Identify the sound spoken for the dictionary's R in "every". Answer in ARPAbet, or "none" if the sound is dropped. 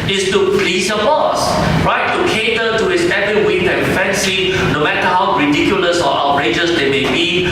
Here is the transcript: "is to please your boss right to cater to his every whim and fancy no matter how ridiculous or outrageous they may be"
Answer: none